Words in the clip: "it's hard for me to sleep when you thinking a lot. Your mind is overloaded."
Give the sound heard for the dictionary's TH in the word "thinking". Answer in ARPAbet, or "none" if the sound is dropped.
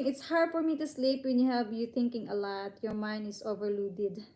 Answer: T